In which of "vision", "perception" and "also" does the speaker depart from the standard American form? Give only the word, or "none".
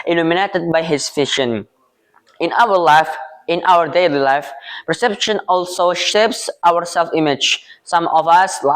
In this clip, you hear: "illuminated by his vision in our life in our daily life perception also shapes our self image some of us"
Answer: vision